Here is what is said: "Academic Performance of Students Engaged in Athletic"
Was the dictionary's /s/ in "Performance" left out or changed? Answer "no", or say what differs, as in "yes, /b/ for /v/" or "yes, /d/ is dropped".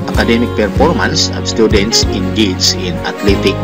no